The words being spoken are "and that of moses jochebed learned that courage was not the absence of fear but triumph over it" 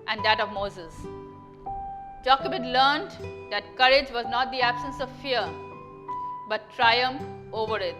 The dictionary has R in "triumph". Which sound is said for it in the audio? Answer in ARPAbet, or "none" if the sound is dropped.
R